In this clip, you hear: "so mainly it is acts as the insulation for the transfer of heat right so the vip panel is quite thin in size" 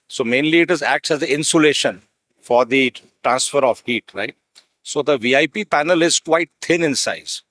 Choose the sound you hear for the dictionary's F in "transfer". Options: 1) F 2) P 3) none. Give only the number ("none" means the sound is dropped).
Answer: 1